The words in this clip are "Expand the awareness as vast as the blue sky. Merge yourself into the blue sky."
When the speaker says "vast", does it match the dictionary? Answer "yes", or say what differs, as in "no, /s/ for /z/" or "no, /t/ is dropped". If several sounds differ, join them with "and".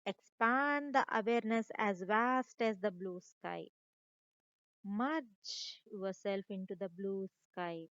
yes